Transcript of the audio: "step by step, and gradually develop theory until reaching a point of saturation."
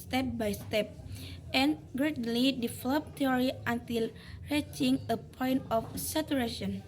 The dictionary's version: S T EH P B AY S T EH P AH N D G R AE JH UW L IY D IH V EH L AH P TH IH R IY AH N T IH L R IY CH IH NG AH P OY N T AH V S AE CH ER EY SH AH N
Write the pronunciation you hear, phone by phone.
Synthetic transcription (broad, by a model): S T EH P B AY S T EH P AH N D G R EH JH L IY D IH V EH L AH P T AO R IY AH N T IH L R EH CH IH NG AH P OY N T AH F S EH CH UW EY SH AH N